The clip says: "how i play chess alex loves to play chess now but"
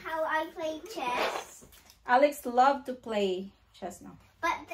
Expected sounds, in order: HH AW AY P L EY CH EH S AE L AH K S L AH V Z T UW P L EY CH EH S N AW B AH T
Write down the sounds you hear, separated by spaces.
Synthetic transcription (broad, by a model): HH AW AY P L EY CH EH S AE L AH K S L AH V T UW P L EY CH EH S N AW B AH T